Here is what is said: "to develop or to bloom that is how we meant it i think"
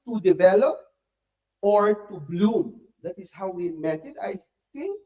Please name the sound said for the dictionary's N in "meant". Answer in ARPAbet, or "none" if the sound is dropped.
none